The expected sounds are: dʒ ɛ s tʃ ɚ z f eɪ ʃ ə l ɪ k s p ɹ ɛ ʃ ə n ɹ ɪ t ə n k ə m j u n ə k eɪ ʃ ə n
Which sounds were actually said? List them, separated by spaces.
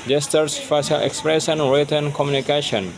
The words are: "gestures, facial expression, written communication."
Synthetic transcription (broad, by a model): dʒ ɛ s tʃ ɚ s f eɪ s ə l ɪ k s p ɹ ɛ s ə n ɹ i t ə n k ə m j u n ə k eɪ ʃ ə n